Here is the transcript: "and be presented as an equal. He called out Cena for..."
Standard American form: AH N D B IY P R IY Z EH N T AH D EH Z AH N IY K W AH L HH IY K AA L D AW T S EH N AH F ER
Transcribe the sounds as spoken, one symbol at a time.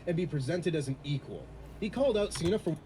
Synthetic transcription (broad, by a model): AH N B IY P R IY Z EH N T AH D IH Z N IY K W AH L HH IY K AA L D AW T S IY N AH F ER